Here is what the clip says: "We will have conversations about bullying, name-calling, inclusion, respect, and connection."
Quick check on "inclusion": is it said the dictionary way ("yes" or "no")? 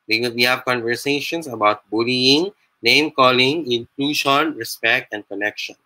no